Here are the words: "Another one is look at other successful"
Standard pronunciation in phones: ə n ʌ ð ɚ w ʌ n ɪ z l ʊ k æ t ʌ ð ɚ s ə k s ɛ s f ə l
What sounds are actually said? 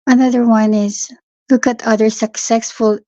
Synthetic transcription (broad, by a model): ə n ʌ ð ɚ w ʌ n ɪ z l ʊ k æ t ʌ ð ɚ s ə k s ɛ s f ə l